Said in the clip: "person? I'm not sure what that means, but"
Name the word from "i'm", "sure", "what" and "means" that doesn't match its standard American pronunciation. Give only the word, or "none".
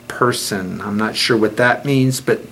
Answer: none